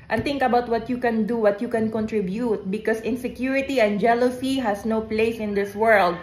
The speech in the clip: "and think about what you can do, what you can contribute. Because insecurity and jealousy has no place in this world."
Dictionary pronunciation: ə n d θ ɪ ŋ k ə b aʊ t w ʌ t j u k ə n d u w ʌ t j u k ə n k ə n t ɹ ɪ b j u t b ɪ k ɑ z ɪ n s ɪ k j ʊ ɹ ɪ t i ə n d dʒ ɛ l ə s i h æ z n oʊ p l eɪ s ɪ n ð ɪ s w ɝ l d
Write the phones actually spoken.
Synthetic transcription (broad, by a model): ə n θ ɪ ŋ k ə b aʊ t w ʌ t j u k ə n d u w ʌ t j u k ə n k ə n t ɹ ɪ b j u t b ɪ k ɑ s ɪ n s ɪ k j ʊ ɹ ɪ t i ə n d dʒ ɛ l ə s i h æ s n oʊ p l eɪ s ɪ n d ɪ s w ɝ l d